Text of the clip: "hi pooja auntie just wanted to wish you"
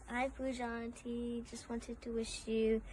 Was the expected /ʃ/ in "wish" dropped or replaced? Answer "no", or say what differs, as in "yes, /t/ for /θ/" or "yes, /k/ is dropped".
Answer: no